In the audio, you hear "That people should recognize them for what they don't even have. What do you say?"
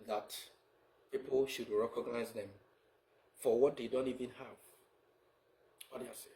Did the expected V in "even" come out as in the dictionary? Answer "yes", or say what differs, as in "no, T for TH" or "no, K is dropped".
yes